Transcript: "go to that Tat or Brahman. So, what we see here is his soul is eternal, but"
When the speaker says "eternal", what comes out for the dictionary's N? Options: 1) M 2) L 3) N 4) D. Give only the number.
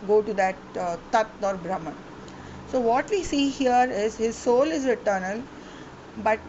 3